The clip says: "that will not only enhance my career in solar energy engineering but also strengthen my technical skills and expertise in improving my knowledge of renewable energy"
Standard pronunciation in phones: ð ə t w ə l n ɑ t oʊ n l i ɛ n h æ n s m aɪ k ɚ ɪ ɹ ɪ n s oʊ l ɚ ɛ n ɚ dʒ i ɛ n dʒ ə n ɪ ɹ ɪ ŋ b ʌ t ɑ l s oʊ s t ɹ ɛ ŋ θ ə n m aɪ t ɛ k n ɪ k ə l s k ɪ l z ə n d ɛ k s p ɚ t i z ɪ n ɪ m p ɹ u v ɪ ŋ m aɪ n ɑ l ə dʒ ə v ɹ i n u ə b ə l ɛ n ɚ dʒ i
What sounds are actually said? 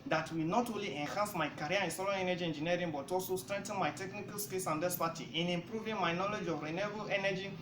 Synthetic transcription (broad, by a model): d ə t w ə l n ɑ t oʊ n l i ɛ n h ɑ n s m aɪ k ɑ ɹ ɪ n s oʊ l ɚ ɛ n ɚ dʒ i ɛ n dʒ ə n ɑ ɹ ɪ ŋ b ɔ t ɑ l s oʊ s t ɹ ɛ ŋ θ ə n m aɪ t ɛ k n ɪ k ə l s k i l s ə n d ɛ s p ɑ t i ɪ n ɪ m p ɹ u v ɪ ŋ m aɪ n ɑ l ə dʒ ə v ɹ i n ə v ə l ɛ n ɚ dʒ i